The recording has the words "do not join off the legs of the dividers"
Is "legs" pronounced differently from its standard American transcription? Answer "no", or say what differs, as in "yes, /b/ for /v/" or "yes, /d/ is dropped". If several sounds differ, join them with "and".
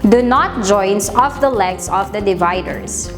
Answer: yes, /s/ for /z/